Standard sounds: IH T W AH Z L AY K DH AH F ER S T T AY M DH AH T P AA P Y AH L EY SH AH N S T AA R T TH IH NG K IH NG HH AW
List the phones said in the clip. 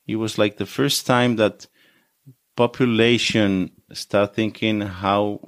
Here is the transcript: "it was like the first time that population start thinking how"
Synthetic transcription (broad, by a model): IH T W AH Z L AY K DH AH F ER S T T AY M DH AH T P AA P Y AH L EY SH AH N S T AA R T TH IH NG K IH NG HH AW